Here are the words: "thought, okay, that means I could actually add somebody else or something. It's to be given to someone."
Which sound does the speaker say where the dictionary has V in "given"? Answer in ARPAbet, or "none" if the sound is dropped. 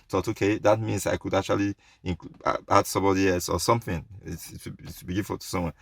F